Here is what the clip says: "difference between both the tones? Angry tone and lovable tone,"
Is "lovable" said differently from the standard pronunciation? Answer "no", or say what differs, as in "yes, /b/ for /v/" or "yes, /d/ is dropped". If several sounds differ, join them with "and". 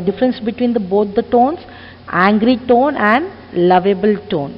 no